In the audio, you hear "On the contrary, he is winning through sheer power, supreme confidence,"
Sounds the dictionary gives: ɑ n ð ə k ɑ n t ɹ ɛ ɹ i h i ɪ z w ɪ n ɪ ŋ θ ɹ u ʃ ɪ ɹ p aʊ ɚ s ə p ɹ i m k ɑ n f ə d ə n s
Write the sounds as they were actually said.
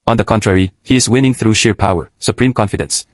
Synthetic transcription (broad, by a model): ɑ n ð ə k ɑ n t ɹ ɛ ɹ i h i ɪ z w ɪ n ɪ ŋ θ ɹ u ʃ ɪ ɹ p aʊ ɚ s ə p ɹ i m k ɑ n f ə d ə n s